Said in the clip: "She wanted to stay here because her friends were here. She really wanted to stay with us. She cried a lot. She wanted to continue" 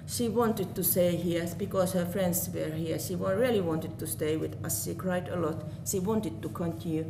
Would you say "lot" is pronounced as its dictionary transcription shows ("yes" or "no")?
yes